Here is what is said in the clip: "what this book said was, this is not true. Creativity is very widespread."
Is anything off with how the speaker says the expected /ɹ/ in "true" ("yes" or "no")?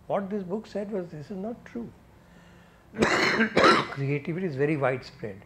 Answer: no